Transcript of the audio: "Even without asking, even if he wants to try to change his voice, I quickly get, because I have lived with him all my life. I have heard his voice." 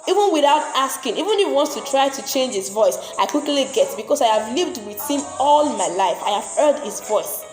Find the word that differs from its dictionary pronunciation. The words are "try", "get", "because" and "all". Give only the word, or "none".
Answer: because